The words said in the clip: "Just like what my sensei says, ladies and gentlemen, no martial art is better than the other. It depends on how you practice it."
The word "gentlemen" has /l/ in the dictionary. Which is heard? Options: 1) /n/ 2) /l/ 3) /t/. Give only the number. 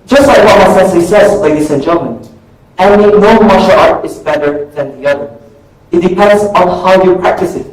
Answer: 1